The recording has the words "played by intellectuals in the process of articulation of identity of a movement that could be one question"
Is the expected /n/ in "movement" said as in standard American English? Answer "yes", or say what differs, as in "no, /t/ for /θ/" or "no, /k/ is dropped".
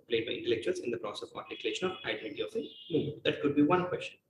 no, /n/ is dropped